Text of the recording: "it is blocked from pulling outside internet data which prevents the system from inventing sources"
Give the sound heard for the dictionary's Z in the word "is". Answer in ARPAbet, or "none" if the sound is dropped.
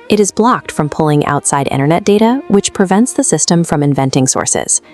Z